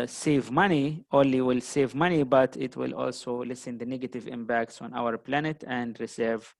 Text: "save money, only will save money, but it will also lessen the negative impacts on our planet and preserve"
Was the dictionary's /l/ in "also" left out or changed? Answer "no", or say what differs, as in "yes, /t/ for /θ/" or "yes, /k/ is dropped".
no